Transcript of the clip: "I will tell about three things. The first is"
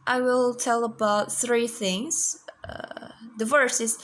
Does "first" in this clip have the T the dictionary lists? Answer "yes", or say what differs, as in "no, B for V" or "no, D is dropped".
no, T is dropped